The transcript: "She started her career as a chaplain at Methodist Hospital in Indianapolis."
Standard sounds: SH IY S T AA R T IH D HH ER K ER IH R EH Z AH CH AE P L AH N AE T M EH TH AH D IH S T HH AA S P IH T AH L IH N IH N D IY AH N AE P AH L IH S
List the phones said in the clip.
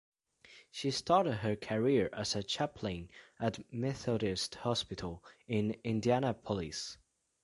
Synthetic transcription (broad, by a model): SH IY S T AA R T IH D HH ER K ER IH R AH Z AH CH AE P L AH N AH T M EH TH AH D IH S T HH AA S P IH T AH L IH N IH N D IY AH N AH P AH L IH S